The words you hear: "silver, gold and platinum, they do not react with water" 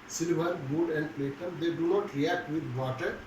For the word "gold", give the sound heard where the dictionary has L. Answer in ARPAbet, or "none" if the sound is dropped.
none